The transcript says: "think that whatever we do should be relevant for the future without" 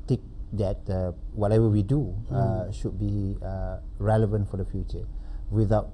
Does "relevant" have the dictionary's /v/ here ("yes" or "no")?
yes